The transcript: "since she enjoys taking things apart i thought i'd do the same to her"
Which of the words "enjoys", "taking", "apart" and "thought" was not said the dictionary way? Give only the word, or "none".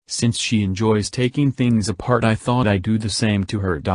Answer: none